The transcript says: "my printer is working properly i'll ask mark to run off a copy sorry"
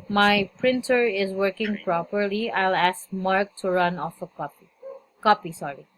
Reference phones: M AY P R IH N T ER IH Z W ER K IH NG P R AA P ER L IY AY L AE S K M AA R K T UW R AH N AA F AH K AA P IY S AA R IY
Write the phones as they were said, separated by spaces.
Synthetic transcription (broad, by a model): M AY P R IH N T ER IH Z W ER K IH NG P R AA P ER L IY AY L AE S K M AA R K T UW R AH N AA F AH K AA P IY S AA R IY